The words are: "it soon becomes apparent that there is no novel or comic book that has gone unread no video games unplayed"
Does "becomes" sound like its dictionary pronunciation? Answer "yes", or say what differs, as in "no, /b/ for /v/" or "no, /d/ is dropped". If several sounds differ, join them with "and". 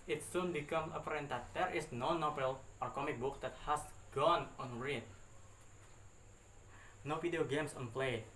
no, /z/ is dropped